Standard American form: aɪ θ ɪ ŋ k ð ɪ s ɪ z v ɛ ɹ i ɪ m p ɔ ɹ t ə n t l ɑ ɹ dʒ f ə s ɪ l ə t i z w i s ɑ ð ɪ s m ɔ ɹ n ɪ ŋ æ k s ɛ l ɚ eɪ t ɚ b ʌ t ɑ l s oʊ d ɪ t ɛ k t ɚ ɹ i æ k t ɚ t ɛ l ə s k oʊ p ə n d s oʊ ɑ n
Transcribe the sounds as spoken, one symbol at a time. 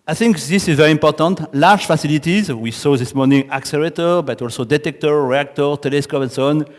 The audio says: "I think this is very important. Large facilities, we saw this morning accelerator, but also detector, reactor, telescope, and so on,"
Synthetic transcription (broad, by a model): aɪ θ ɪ ŋ k ð ɪ s ɪ z v ɛ ɹ i ɪ m p ɔ ɹ t ə n t l ɑ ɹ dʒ f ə s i l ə t i z w i s ɑ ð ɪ s m ɔ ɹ n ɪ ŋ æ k s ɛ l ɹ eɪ t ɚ b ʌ t ɑ l s oʊ d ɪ t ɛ k t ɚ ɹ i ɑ k t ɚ t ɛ l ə s k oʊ p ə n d s oʊ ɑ n